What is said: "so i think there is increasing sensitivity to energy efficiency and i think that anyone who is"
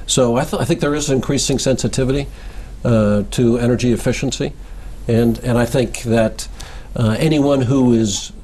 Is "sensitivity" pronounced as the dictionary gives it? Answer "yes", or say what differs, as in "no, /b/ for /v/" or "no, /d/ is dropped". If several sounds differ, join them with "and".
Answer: yes